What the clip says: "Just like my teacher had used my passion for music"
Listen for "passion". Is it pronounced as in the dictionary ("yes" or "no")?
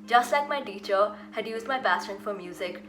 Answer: no